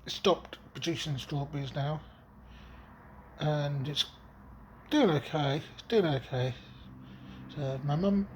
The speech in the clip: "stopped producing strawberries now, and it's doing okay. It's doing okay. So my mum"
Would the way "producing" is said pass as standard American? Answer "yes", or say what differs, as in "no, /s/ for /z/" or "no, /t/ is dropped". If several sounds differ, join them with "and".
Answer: no, /ʃ/ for /s/